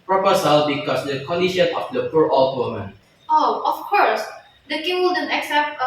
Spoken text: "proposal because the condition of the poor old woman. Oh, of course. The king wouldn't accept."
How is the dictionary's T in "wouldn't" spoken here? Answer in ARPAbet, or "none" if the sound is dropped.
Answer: none